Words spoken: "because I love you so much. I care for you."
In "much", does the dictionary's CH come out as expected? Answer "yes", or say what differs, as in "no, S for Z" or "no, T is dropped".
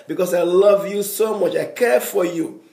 yes